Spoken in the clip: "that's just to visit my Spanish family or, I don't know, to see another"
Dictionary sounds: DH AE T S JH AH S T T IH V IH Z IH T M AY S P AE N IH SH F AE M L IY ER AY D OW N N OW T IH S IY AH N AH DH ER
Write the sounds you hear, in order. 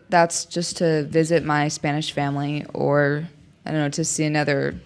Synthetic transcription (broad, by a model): DH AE T S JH AH S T T IH V IH Z IH T M AY S P AE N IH SH F AE M L IY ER AY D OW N N OW T IH S IY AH N AH DH ER